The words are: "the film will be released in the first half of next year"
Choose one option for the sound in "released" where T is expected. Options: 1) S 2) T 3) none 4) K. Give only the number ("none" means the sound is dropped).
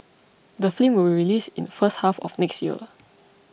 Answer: 3